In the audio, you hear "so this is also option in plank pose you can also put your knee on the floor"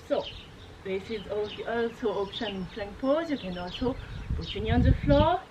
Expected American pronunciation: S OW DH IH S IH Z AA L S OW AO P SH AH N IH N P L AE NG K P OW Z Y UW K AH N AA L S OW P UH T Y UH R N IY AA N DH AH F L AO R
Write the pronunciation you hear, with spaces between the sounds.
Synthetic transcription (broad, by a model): S OW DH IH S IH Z AA L S OW AO P SH AH N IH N F L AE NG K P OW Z Y UW K AH N AA L S OW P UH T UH N IY AA N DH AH F L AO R